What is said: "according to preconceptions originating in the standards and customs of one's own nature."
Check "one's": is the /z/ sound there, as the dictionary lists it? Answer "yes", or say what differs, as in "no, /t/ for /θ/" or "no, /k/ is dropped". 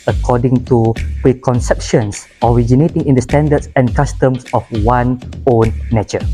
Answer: no, /z/ is dropped